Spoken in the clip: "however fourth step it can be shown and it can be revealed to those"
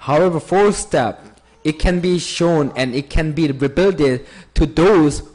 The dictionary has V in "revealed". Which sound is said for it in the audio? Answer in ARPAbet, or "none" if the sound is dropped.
B